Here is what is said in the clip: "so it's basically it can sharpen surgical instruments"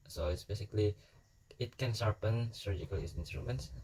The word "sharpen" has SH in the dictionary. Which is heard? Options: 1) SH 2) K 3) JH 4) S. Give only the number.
4